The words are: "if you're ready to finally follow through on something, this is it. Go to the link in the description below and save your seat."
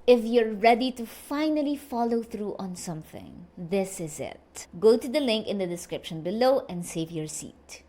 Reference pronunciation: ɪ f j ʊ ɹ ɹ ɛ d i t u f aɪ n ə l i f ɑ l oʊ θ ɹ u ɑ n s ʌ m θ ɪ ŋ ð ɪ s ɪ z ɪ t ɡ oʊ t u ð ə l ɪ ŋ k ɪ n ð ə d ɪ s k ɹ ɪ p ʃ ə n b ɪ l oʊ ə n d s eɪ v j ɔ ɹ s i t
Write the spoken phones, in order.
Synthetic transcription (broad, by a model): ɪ f j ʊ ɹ ɹ ɛ d i t u f aɪ n ə l i f ɑ l oʊ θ ɹ u ɑ n s ʌ m θ ɪ ŋ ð ɪ s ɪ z ɪ t ɡ oʊ t u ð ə l ɪ ŋ k ɪ n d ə d ɪ s k ɹ ɪ p ʃ ə n b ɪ l oʊ ə n d s eɪ v j ɔ ɹ s i t